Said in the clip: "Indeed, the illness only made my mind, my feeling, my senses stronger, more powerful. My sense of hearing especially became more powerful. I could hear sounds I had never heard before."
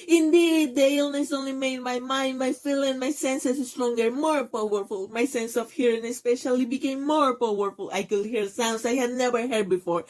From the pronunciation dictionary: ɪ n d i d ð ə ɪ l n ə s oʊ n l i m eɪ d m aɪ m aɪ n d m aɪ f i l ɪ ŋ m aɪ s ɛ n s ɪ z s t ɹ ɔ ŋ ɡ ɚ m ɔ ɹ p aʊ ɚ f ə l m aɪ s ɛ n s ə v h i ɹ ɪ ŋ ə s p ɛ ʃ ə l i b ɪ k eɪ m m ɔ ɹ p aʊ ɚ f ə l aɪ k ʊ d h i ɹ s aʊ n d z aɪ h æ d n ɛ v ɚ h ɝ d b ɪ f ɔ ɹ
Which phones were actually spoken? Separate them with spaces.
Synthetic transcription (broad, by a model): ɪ n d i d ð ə ɪ l n ə s oʊ n l i m eɪ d m aɪ m aɪ n d m aɪ f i l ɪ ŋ m aɪ s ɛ n s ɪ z s t ɹ ɔ ŋ ɡ ɚ m ɔ ɹ p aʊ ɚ f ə l m aɪ s ɛ n s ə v h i ɹ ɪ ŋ ə s p ɛ ʃ ə l i b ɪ k eɪ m m ɔ ɹ p aʊ ɚ f ə l aɪ k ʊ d h i ɹ s aʊ n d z aɪ h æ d n ɛ v ɚ h ɝ d b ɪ f ɔ ɹ